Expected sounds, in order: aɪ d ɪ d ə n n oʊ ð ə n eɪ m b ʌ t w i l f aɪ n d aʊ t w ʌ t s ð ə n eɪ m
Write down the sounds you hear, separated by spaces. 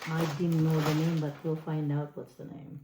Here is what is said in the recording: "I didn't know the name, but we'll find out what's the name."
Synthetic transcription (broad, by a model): aɪ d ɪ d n n oʊ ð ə n eɪ m b ʌ t w i l f aɪ n d aʊ t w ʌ t s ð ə n eɪ m